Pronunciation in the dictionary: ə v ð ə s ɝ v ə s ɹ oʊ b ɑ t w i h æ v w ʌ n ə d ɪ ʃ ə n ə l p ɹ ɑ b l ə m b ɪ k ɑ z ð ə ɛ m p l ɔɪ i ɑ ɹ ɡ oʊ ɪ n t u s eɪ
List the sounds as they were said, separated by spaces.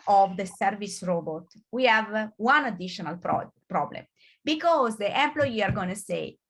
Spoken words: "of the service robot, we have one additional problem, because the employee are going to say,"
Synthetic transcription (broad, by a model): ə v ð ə s ɝ v ə s ɹ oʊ b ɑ t w i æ v w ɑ n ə d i ʃ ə n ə l p ɹ ɑ b l ə m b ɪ k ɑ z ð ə ɛ m p l ɔɪ i ɑ ɹ ɡ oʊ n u s eɪ